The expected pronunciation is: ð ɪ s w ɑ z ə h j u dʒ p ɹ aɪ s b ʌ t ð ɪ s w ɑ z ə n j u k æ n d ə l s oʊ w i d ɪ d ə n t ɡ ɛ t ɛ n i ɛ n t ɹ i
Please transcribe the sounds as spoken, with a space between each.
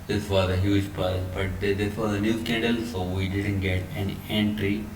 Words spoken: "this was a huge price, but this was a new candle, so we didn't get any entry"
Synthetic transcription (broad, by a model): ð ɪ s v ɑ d ə h j u dʒ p aɪ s b ʌ t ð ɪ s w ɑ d ə n j u k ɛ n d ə l s oʊ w i d ɪ d ə n t ɡ ɛ t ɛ n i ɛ n t ɹ i